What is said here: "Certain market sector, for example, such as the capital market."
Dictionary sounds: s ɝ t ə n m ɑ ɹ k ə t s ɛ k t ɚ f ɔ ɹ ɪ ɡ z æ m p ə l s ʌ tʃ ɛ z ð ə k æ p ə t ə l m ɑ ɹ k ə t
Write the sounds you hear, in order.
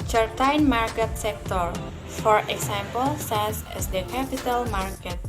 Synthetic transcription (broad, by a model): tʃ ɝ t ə n m ɑ ɹ k ə t s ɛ k t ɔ f ɔ ɹ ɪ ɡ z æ m p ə l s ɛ s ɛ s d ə k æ p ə t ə l m ɑ ɹ k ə t